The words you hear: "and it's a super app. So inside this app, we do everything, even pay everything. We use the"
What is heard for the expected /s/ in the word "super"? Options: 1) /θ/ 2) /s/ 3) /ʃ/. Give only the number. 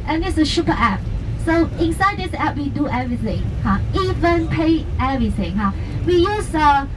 3